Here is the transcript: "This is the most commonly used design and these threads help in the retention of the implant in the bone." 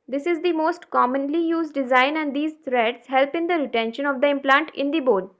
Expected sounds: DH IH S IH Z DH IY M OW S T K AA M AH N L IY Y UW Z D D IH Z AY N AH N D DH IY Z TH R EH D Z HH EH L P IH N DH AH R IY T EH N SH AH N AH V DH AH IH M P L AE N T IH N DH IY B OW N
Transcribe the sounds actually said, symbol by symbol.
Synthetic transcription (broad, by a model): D IH S IH Z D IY M OW S T K AA M AH N L IY Y UW Z D D IH Z AY N AH N D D IY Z T R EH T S HH EH L P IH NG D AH R IY T EH N SH AH N AH V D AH IH M P L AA N T IH N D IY B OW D